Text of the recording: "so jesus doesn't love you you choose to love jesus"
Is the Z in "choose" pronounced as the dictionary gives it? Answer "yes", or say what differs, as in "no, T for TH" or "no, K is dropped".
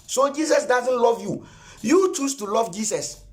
no, S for Z